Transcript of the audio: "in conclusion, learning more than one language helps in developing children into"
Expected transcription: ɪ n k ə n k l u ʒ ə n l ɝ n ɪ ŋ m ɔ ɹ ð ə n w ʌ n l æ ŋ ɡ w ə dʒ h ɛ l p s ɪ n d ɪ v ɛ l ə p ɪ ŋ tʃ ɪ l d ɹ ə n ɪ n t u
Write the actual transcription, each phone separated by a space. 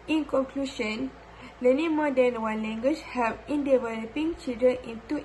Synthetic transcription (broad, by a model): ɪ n k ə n k l u ʃ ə n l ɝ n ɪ m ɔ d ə n w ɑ n l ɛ ŋ ɡ w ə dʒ h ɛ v ɪ n d ɪ v ɛ l ə p ɪ ŋ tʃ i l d ə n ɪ n t u